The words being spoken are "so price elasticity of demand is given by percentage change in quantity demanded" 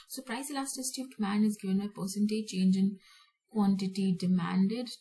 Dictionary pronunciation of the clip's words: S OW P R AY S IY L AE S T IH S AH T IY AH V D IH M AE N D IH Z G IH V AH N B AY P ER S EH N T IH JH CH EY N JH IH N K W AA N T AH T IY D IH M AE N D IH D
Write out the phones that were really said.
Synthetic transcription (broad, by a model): S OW P R AY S L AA S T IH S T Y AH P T M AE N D IH Z G IH V AH N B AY P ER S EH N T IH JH CH EY N JH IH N K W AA N T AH T IY D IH M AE N D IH D